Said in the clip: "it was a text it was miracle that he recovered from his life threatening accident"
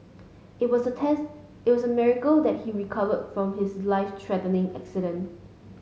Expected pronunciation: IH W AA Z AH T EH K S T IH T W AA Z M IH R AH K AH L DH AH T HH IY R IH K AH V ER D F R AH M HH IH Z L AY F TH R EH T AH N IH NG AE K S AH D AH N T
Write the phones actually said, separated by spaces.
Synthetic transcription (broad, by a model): IH W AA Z AH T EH S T IH T W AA S M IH R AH K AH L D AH T HH IY R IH K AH V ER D F R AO M HH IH S L AY F T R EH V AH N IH NG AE K S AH D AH N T